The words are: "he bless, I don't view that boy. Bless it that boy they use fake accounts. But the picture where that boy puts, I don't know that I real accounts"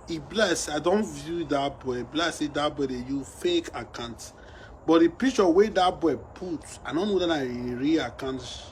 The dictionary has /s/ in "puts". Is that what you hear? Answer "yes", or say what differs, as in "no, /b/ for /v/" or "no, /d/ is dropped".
no, /s/ is dropped